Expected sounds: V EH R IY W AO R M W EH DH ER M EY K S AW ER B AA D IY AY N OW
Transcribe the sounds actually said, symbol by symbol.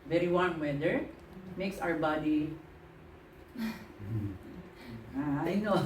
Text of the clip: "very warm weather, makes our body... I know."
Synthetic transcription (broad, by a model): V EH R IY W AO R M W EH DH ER M EY K S AW ER B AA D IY AY N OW